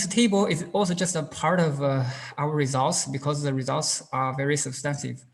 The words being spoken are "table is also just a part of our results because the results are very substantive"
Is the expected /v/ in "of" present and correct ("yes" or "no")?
yes